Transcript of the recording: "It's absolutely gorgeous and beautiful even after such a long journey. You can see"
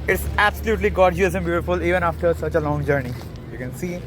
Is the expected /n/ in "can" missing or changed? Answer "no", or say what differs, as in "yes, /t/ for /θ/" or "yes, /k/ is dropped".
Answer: no